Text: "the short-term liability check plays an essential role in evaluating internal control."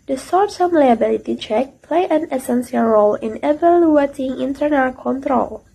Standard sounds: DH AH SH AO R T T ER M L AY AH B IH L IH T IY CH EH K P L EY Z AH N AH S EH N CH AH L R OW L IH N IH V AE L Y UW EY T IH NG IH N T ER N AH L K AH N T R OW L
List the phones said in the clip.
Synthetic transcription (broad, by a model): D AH S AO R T S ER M L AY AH B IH L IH T IY CH EH K P L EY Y AH N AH S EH N S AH L R OW L IH N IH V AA L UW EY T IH NG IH N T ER N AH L K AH N T R OW L